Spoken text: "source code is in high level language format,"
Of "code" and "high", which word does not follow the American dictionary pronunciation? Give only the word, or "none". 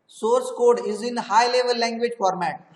none